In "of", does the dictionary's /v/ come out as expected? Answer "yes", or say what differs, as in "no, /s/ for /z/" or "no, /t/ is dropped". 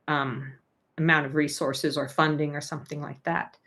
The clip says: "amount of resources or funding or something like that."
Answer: yes